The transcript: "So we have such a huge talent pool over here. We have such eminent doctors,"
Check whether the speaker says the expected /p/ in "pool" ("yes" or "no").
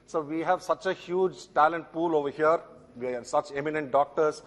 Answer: yes